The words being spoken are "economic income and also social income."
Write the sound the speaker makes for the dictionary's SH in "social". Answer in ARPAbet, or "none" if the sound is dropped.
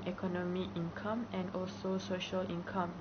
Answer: SH